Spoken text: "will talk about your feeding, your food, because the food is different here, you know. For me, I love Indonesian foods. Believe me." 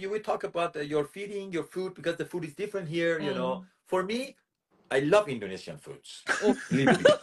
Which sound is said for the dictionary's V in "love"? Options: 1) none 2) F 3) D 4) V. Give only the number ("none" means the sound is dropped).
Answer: 4